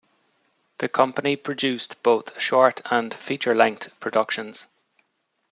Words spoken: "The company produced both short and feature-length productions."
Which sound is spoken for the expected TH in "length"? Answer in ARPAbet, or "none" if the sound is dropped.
T